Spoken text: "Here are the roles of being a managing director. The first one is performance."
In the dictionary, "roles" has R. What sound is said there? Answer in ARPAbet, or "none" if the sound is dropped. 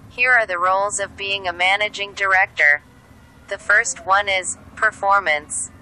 R